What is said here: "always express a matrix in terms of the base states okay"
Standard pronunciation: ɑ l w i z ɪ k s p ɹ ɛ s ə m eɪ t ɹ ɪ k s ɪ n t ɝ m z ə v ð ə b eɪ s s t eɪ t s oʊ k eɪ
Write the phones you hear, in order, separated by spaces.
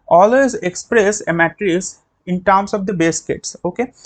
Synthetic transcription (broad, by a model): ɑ l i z ɪ k s p ɹ ɛ s ə m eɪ t ɹ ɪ s ɪ n t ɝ m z ə v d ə b eɪ s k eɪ t s oʊ k eɪ